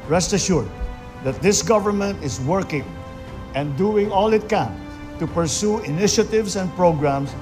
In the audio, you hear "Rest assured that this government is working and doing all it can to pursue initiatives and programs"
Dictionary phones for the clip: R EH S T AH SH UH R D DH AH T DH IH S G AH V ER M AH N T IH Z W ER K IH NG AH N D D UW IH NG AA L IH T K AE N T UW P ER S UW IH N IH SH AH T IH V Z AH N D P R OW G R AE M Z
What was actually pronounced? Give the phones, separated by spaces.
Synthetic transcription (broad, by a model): R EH S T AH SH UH R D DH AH T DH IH S G AH V ER M AH N T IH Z W ER K IH NG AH N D D UW IH NG AA L IH T K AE N T UW P ER S UW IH N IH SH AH T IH V S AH N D P R OW G R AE M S